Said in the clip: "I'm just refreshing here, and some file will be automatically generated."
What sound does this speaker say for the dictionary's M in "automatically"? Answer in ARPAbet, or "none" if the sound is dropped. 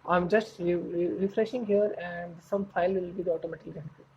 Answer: none